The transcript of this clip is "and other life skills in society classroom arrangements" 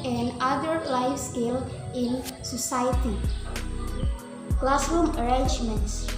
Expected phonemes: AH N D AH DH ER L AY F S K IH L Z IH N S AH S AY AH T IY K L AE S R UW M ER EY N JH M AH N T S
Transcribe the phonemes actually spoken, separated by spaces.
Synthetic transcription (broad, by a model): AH N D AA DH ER L AY F S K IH L IH N S AH S AY AH T IY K L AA S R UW M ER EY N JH M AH N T S